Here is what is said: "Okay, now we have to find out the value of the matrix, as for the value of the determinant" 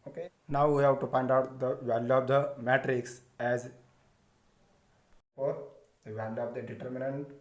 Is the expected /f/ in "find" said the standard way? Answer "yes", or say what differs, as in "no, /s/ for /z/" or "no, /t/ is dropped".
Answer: no, /p/ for /f/